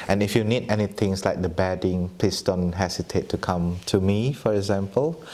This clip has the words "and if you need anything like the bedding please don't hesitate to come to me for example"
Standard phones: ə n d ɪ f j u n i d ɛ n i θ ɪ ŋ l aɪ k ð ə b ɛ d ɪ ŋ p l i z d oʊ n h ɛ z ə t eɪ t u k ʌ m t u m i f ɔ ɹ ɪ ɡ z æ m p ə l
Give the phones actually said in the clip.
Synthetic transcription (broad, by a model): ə n ɪ f j u n i d ɛ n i t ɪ ŋ l aɪ k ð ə b ɛ d ɪ ŋ p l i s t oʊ n h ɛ s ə t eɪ t u k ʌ m t u m i f ɔ ɹ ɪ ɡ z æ m p ə l